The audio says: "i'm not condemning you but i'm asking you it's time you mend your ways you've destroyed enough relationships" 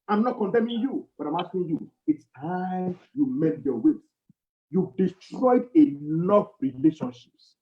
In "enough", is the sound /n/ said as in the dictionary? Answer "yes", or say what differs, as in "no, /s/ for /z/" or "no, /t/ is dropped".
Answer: no, /l/ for /n/